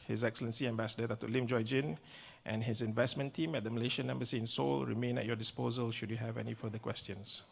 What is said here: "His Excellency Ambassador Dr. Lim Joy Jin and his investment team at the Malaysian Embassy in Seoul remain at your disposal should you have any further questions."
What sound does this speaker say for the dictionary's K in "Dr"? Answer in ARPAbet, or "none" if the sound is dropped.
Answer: none